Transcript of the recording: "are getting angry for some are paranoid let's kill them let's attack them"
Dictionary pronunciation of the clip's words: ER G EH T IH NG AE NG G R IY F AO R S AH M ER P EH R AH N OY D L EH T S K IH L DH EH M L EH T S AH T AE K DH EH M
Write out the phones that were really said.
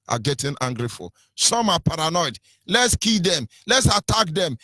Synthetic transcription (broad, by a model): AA G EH T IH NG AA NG G R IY F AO L S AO M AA P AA R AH N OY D L EH T S K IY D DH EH M L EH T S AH T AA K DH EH M